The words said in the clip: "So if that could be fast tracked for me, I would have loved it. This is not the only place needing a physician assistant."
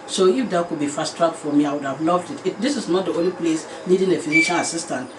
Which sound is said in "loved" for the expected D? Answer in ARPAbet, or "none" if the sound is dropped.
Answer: D